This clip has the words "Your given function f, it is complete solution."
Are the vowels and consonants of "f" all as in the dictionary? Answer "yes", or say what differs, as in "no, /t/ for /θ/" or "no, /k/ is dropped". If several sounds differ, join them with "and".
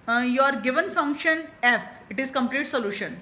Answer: yes